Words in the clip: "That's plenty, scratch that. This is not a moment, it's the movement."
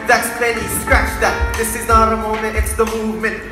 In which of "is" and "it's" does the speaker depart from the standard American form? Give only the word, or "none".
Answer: none